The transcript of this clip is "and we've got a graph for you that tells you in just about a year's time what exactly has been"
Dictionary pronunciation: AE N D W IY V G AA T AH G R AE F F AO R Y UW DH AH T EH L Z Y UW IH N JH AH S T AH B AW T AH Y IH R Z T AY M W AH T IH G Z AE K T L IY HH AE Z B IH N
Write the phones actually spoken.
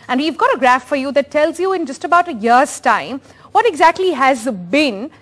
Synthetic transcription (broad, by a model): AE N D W IY V G AA T AH G R AE F F AO R Y UW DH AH T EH L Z Y UW IH N JH AH S T AH B AW T AH Y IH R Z T AY M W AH T IH G Z AE K T L IY HH AE Z B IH N